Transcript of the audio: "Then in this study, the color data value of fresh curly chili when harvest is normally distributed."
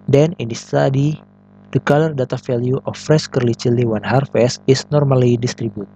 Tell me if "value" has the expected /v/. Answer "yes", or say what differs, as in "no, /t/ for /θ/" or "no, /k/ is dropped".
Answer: no, /f/ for /v/